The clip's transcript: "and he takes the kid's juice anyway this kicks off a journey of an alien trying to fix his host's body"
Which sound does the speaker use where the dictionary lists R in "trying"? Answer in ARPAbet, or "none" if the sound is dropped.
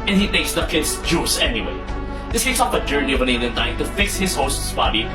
none